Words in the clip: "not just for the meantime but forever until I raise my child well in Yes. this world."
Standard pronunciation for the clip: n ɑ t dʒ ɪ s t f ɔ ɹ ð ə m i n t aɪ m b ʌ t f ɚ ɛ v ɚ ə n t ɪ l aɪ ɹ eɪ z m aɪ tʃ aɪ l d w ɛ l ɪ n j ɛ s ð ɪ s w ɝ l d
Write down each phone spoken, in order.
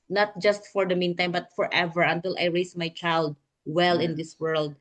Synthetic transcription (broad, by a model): n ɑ t dʒ ɪ s t f ɔ ɹ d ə m i n t aɪ m b ʌ t f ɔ ɛ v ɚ ə n t ɪ l aɪ ɹ eɪ s m aɪ tʃ aɪ l d w ɛ l ɪ n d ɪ s w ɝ l d